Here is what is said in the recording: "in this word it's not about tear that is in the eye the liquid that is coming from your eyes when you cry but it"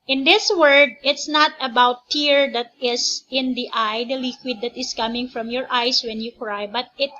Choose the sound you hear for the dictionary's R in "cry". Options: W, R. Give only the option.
R